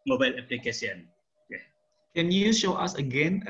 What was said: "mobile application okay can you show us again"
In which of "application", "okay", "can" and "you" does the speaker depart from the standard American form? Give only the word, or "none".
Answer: application